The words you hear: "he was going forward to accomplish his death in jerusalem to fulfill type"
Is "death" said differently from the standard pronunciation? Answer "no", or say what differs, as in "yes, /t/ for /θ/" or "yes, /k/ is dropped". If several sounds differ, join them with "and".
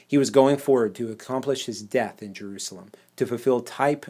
no